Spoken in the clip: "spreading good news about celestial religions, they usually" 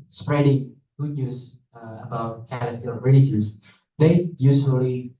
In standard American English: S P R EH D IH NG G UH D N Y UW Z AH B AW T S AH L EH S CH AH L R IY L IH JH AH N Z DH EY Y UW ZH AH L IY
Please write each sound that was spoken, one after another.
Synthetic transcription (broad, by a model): S P R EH D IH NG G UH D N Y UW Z AH B AW T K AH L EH S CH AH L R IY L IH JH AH Z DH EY Y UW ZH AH L IY